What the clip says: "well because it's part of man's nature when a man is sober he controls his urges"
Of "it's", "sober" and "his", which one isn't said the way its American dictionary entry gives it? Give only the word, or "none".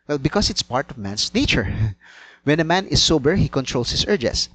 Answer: his